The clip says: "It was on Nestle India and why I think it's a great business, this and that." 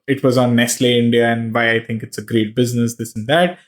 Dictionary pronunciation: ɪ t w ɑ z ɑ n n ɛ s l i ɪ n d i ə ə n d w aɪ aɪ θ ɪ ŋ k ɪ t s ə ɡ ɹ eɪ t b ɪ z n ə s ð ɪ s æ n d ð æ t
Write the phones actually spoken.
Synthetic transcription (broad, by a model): ɪ t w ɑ z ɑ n n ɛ s l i ɪ n d i ə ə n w aɪ aɪ t ɪ ŋ k ɪ t s ə ɡ ɹ eɪ t b ɪ z n ə s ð ɪ s n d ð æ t